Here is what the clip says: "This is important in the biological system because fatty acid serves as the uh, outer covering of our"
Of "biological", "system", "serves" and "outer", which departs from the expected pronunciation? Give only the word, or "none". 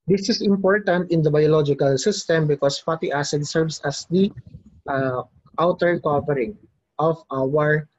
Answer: serves